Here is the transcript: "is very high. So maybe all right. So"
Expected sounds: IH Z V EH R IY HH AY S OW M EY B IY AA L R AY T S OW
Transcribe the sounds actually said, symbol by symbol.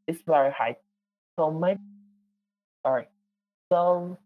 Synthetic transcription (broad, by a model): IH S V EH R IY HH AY S OW M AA IY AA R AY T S OW